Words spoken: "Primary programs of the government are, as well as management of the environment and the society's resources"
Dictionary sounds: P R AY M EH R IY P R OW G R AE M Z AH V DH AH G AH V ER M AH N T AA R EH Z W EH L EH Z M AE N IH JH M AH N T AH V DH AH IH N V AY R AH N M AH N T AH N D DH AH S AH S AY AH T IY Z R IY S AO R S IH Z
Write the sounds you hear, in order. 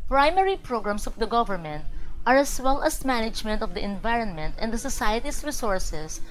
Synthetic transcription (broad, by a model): P R AY M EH R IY P R OW G R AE M S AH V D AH G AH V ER M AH N T AA R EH S W EH L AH S M AE N IH JH M AH N T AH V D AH IH N V AY R AH N M AH N T AH N D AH S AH S AY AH T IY S R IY S AO R S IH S